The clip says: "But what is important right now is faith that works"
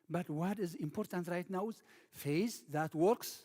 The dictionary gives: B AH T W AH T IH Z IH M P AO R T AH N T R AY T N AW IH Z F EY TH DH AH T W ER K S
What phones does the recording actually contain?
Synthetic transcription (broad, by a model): B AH T W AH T IH Z IH M P AO R T AH N T R AY T N AW IH Z F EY S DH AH T W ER K S